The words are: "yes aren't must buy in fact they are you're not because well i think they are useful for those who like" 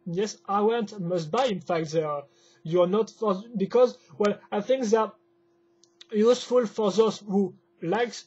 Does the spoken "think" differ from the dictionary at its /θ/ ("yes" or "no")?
no